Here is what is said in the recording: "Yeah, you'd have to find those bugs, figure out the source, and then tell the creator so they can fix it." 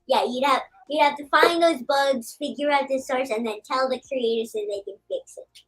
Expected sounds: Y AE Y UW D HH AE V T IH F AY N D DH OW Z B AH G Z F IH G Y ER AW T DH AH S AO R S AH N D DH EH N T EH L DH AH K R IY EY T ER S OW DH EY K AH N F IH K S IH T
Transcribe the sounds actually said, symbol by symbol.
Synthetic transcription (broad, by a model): Y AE Y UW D HH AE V T IH F AY N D DH OW Z B AH G Z F IH G Y ER AW T DH AH S AO R S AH N DH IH N T EH L DH AH K R IY EY T ER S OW DH EY K AH N F IH K S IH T